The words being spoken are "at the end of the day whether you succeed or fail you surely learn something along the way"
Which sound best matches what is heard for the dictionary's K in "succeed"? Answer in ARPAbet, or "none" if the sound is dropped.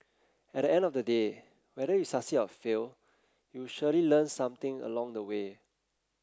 none